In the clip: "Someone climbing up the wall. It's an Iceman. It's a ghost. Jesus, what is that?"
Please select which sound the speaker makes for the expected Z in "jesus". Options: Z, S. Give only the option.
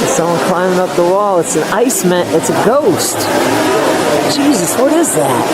Z